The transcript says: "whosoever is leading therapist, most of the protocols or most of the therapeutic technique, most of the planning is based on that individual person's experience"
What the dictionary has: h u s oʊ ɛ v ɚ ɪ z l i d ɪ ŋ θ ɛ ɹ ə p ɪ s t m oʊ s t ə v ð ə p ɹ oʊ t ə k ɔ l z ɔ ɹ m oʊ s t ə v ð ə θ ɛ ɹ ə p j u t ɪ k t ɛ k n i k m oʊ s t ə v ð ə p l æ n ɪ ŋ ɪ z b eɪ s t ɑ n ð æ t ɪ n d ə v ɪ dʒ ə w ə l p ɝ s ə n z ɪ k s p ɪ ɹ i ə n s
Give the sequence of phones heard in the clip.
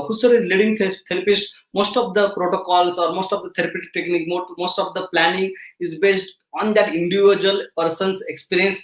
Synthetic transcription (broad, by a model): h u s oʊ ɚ ɪ z l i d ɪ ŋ t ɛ ɹ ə p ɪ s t m oʊ s t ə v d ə p ɹ oʊ t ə k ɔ l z ɔ ɹ m oʊ s t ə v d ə t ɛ ɹ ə p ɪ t t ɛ k n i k m oʊ s t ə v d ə p l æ n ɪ ŋ ɪ z b eɪ s t ɑ n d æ t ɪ n d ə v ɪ dʒ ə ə l p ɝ s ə n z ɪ k s p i ɹ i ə n s